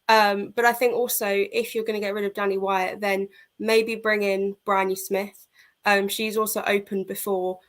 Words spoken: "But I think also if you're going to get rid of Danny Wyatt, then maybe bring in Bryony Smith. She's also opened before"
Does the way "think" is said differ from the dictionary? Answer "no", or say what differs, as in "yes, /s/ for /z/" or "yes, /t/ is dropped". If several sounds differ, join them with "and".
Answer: no